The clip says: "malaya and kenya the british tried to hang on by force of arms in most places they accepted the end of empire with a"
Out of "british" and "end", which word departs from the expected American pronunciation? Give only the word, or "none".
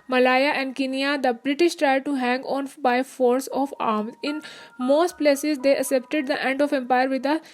none